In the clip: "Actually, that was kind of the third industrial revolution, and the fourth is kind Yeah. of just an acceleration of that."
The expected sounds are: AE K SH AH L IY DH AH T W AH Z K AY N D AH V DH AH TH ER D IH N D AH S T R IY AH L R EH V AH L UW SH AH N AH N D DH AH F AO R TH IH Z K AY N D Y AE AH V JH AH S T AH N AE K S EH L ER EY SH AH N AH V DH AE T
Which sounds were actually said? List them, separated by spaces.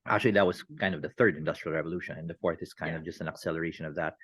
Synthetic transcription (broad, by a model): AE K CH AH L IY DH AH T W AH Z K AY N D AH V DH AH TH ER D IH N D AH S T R IY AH L R EH V AH L UW SH AH N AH N DH AH F AO R TH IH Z K AY N D AH V JH AH S T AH N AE K S EH L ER EY SH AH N AH V DH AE T